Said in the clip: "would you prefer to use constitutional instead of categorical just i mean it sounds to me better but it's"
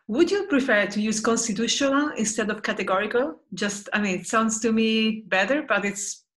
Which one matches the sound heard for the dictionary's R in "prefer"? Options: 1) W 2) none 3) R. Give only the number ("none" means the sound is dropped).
3